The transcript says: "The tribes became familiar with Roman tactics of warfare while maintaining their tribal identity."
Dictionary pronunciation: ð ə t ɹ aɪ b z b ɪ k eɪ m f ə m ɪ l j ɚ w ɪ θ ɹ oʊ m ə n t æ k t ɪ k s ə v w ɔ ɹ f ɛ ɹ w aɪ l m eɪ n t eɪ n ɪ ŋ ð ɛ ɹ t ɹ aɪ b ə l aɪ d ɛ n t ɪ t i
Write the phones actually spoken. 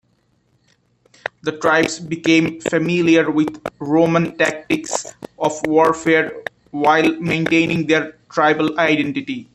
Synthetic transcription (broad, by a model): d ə t ɹ aɪ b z b ɪ k eɪ m f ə m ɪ l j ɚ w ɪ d ɹ oʊ m ə n t æ k t ɪ k s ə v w ɔ ɹ f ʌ ɹ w aɪ l m eɪ n t eɪ n ɪ ŋ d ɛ ɹ t ɹ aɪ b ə l aɪ d ɛ n t ɪ t i